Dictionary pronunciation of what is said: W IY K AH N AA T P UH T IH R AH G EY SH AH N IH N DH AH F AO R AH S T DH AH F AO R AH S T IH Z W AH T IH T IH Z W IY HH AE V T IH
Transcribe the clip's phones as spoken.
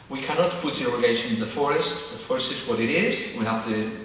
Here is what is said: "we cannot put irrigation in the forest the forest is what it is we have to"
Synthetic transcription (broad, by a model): W IY K AH N AA T P UH T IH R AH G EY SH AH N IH DH AH F AO R AH S T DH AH F AO R AH S T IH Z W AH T IH T IH Z W IY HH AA F T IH